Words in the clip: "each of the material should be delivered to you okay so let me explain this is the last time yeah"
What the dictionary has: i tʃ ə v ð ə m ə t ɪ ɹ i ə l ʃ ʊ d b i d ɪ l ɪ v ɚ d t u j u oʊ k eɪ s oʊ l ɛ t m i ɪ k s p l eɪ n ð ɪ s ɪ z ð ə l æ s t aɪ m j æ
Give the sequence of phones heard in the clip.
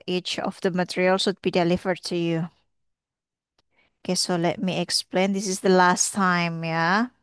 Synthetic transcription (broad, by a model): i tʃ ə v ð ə m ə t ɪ ɹ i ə l s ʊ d b i d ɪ l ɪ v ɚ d t u j u oʊ k eɪ s oʊ l ɛ t m i ɪ k s p l eɪ n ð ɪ s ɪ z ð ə l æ s t aɪ m j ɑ